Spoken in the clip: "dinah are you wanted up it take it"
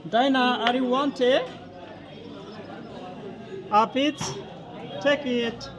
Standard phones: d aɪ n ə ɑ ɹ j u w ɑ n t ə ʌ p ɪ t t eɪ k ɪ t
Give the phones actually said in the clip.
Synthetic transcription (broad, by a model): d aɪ n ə ɑ ɹ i w ɑ n t ə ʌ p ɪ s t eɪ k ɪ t